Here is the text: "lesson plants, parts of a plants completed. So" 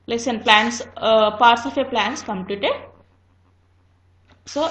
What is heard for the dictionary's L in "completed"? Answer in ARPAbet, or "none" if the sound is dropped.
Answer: L